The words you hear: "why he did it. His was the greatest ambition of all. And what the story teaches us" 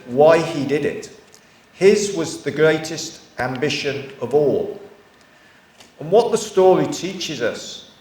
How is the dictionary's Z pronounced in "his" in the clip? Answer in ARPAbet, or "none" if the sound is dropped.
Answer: Z